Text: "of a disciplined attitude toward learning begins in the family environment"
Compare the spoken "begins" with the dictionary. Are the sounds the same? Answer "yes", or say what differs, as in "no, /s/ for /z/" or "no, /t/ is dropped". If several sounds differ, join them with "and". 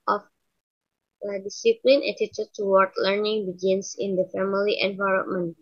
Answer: no, /s/ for /z/